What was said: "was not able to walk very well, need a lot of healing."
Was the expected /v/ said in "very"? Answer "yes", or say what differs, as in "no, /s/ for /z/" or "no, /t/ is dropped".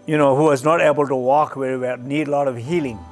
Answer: no, /w/ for /v/